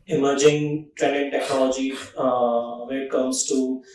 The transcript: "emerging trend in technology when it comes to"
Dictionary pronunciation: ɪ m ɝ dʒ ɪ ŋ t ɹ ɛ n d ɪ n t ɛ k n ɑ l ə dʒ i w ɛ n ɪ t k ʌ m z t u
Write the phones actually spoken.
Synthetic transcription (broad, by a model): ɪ m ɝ dʒ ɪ ŋ t ɹ ɛ n d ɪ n t ɛ k n ɑ l ə dʒ i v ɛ ɪ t k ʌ m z t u